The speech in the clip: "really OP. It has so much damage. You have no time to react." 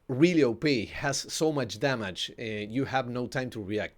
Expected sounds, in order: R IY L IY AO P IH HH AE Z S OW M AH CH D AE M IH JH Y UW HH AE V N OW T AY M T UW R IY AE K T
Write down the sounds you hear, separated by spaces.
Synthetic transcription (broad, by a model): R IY L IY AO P IH HH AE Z S OW M AH CH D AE M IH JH Y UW HH AE V N OW T AY M T UW R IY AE K T